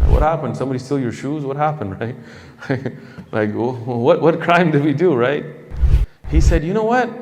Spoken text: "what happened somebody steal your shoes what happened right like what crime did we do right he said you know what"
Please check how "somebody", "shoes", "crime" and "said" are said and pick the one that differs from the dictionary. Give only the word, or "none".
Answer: none